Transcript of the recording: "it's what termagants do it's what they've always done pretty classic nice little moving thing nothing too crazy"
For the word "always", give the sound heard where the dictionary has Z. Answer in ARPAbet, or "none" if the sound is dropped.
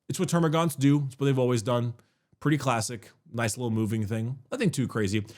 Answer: Z